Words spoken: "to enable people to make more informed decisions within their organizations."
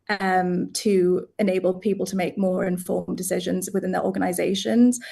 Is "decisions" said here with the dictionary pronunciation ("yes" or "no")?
yes